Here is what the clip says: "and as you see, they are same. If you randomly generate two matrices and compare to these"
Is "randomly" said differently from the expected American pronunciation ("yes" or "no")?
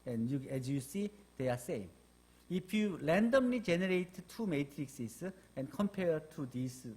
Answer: yes